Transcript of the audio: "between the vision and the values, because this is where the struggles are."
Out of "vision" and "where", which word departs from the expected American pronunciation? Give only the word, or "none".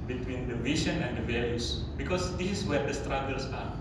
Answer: vision